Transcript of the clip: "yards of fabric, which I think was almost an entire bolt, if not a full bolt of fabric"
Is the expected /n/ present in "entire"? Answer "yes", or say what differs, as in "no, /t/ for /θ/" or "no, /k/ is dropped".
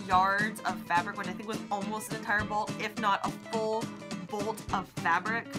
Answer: no, /n/ is dropped